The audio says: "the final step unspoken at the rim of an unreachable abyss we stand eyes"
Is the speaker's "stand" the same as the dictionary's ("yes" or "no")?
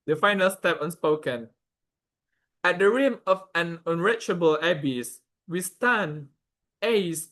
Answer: no